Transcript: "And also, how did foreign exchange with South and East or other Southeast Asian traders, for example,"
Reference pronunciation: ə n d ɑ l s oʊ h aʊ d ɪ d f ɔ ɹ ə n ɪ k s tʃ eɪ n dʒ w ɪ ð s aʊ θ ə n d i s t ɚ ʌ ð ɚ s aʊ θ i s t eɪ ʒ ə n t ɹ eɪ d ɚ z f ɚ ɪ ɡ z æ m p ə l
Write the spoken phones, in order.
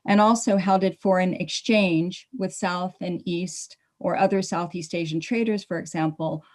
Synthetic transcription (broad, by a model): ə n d ɑ l s oʊ h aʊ d ɪ d f ɔ ɹ ə n ɪ k s tʃ eɪ n dʒ w ɪ ð s aʊ θ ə n i s t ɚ ʌ ð ɚ s aʊ θ i s t eɪ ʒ n t ɹ eɪ d ɚ z f ɚ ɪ ɡ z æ m p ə l